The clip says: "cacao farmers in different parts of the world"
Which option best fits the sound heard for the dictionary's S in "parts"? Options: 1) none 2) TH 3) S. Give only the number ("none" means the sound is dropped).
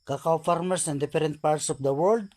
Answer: 3